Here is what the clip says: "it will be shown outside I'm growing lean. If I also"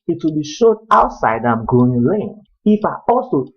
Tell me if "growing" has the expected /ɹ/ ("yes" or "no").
no